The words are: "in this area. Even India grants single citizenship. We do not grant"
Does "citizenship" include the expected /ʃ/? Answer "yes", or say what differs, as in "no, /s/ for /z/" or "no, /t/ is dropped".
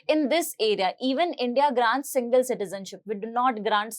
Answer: yes